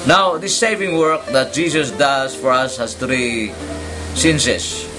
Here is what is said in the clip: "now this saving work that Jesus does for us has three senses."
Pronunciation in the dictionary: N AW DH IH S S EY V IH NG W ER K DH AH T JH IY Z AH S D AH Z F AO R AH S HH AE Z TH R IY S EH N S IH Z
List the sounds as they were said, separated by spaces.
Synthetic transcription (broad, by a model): N AW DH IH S S EY V IH NG W ER K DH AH T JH IY S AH S D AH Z F AO R AH S HH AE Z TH R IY S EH N S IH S